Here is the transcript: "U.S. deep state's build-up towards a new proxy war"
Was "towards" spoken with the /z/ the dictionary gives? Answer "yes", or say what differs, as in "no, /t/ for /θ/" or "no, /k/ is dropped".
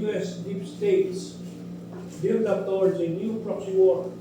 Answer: no, /z/ is dropped